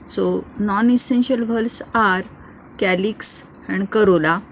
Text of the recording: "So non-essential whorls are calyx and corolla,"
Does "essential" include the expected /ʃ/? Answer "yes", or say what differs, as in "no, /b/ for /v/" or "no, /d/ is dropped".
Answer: yes